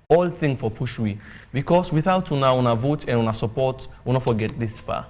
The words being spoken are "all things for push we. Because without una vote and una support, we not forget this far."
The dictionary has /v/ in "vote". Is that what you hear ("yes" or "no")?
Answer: yes